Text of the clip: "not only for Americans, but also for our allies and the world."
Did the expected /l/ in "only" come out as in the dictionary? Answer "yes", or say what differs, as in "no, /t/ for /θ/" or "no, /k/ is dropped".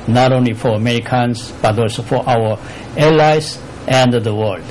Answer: yes